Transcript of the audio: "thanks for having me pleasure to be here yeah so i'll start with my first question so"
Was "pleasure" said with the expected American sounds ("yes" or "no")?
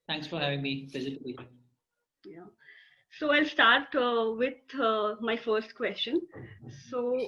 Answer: no